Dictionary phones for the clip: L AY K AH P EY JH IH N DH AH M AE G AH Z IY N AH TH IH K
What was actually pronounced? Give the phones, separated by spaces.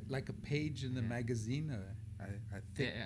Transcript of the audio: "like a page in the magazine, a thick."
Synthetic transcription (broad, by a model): L AY K AH P EY JH IH N DH AH M AE G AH Z IY N AH TH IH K